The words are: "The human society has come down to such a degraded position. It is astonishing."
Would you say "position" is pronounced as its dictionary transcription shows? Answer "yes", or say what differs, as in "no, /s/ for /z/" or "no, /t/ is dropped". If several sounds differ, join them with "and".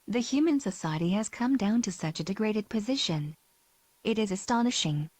yes